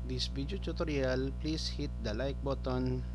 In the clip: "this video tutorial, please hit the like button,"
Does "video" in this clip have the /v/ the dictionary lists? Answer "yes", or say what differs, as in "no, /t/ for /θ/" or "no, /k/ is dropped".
no, /b/ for /v/